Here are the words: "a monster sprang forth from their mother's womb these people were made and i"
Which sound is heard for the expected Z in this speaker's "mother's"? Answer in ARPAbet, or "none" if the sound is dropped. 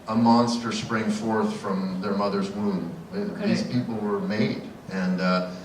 Z